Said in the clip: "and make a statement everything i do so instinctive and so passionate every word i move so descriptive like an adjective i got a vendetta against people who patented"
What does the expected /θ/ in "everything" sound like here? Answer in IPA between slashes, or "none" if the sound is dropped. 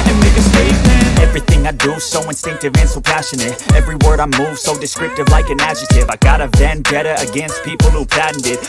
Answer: /θ/